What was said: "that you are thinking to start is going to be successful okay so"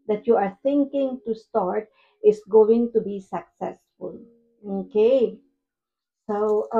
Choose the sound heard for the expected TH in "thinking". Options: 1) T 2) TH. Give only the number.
1